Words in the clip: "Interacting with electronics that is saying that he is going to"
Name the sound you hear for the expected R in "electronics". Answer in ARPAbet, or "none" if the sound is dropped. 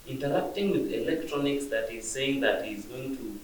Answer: R